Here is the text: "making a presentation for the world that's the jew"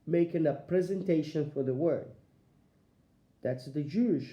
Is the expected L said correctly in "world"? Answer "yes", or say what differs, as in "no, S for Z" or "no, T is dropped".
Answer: no, L is dropped